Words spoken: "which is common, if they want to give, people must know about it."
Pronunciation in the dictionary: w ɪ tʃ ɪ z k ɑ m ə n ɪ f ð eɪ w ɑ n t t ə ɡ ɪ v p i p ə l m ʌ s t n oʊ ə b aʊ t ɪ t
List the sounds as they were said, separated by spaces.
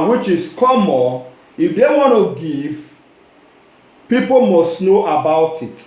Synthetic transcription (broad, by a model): w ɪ tʃ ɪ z k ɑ m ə ɪ f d eɪ w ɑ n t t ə ɡ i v p i p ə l m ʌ s t n oʊ ə b aʊ t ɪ t